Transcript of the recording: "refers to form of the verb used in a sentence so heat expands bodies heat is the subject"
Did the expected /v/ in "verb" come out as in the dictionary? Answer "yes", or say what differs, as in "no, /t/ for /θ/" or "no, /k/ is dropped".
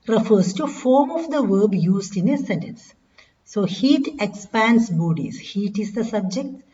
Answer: yes